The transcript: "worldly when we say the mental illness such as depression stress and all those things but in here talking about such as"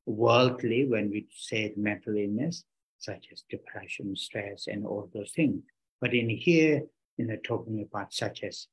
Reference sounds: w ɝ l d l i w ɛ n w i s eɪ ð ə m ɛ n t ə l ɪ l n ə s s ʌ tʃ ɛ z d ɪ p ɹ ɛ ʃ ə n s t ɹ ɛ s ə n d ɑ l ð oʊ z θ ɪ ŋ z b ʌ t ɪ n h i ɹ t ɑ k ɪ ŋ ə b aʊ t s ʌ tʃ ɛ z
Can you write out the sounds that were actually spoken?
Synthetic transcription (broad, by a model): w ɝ l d l i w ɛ n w i s eɪ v m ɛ n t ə l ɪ n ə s s ʌ tʃ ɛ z d ɪ p ɹ ɛ ʃ ə n s t ɹ ɛ s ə n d ɑ l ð oʊ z t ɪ ŋ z b ʌ t ɪ n h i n t ɑ k ɪ ŋ ə b aʊ t s ʌ tʃ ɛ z